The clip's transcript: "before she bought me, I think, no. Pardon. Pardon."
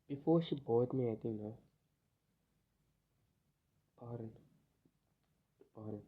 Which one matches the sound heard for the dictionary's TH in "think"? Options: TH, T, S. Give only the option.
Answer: T